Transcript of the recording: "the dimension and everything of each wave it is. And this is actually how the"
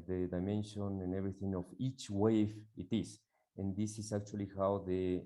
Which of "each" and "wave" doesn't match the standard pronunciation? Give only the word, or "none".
wave